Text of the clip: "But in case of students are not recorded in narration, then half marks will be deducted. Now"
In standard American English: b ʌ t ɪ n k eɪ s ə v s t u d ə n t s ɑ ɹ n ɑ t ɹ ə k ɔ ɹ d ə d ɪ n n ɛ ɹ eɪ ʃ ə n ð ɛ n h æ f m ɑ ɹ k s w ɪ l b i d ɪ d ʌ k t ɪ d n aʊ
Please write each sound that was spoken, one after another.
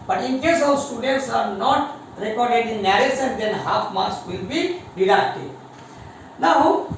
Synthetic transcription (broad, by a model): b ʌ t ɪ n k eɪ s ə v s t u d ə n t s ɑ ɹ n ɑ t ɹ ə k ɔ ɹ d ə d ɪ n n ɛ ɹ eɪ s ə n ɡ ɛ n h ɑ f m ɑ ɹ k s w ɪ l b i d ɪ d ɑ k t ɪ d n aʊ